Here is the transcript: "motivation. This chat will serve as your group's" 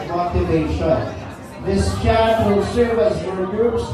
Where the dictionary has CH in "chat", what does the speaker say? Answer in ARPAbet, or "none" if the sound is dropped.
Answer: CH